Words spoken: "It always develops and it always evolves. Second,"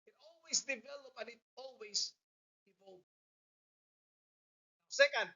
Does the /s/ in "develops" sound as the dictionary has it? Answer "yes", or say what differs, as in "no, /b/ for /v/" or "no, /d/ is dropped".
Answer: no, /s/ is dropped